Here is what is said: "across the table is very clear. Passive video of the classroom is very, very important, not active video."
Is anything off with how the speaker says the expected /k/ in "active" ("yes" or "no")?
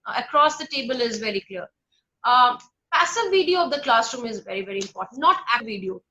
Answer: yes